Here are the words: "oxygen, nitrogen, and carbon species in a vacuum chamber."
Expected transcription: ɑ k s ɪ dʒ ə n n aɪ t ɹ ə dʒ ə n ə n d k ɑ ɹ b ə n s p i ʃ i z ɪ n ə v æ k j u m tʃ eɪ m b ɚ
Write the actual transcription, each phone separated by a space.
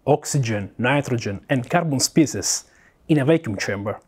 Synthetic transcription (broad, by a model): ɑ k s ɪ dʒ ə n n aɪ t ɹ ə dʒ ə n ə n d k ɑ ɹ b ə n s p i s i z ɪ n ə v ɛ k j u m tʃ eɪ m b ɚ